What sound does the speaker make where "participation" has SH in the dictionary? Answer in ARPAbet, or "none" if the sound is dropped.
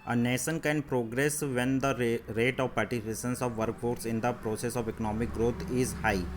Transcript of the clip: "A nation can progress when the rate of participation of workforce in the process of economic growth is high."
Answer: S